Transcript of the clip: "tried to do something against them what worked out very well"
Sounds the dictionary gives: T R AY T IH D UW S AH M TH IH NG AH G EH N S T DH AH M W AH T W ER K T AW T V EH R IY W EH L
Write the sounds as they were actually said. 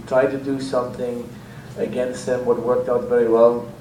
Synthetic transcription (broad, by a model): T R AY T IH D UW S AH M TH IH NG AH G EH N S T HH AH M W AH T W ER K T AW T V EH R IY W EH L